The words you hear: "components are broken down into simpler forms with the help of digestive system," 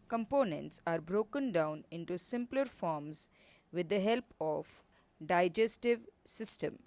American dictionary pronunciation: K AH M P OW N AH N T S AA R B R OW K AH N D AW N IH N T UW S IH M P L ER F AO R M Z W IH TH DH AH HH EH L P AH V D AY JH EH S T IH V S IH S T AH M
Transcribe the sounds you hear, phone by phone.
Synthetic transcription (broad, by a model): K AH M P OW N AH N T S AA R B R OW K AH N D AW N IH N T UW S IH M P L ER F AO R M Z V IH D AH HH EH L P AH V D AY JH EH S T IH V S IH S T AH M